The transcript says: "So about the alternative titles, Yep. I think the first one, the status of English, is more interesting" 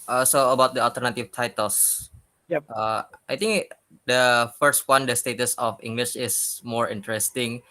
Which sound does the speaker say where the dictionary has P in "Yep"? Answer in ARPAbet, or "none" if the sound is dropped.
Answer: none